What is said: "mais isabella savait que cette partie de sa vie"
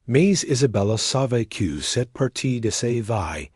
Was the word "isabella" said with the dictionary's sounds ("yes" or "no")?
yes